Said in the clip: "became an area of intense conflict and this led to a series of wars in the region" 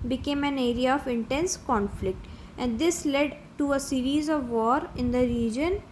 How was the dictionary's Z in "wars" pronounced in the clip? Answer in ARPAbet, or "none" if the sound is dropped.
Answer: none